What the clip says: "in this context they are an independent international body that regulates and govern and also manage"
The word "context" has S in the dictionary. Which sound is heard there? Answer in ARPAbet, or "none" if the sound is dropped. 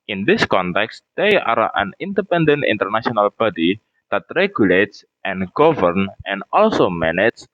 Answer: S